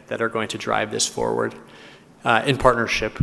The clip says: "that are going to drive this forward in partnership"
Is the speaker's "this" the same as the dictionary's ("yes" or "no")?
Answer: yes